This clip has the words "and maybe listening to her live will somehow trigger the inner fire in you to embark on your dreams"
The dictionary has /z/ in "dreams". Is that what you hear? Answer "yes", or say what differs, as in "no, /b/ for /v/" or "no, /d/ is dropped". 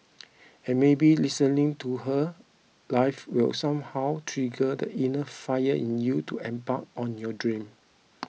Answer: no, /z/ is dropped